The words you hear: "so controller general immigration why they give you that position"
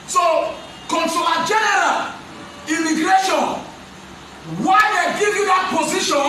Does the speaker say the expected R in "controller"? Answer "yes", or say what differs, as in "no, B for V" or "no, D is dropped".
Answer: no, R is dropped